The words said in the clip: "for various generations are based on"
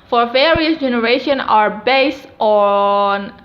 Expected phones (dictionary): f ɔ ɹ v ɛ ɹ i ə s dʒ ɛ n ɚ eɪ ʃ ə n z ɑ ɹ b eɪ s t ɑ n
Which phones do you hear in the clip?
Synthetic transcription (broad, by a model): f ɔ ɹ v ɛ ɹ i ə s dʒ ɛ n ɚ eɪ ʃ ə n ɑ ɹ b eɪ s t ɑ n